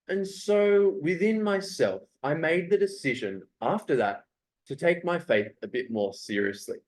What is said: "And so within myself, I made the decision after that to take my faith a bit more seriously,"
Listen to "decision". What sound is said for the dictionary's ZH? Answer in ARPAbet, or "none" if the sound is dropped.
ZH